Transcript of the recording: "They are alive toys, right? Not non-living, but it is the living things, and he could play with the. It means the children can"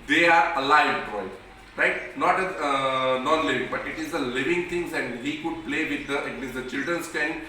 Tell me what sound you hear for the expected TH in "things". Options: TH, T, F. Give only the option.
T